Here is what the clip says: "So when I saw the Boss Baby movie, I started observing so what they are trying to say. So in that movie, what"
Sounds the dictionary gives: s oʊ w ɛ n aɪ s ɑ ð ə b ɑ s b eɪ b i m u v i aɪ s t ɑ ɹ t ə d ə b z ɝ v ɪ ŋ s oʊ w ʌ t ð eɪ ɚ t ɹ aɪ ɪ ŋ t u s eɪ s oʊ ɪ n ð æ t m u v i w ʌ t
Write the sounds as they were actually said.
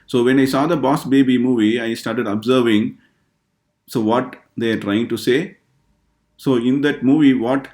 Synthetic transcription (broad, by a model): s oʊ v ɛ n aɪ s ɑ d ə b ɑ s b eɪ b i m u v i aɪ s t ɑ ɹ t ə d ə b z ɝ v ɪ ŋ s oʊ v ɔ t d eɪ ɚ t ɹ aɪ ɪ ŋ t u s eɪ s oʊ ɪ n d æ t m u v i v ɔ t